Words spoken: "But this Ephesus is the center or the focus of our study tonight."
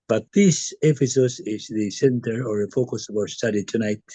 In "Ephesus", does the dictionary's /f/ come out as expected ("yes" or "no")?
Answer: no